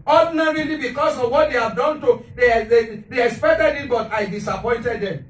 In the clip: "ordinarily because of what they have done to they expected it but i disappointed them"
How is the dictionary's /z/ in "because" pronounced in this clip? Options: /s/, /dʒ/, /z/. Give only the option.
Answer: /s/